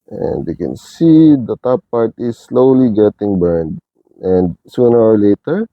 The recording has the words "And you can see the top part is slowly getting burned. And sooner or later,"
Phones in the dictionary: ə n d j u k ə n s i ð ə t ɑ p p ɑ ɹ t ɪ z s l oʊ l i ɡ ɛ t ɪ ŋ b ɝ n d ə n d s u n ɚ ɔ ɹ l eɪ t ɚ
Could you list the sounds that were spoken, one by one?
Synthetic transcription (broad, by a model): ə n d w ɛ k ə n s i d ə t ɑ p p ɑ ɹ t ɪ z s l oʊ l i ɡ ɛ t ɪ ŋ b ɝ n d ə n d s u n ɚ ɔ ɹ l eɪ t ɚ